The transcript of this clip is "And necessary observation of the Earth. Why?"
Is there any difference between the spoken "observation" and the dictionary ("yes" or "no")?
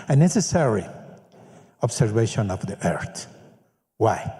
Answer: yes